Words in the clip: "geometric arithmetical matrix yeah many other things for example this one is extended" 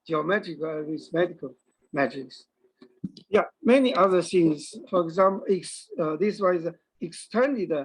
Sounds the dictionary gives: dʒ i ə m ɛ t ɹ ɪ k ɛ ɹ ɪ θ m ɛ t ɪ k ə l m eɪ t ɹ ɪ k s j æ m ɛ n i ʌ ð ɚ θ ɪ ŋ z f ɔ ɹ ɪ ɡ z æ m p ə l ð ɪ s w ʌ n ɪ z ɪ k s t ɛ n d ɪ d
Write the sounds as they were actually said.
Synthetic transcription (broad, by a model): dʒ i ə m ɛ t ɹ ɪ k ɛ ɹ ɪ s m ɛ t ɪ k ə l m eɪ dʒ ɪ k s j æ m ɛ n i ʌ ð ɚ s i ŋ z f ɔ ɹ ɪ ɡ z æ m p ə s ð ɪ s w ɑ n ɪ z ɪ k s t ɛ n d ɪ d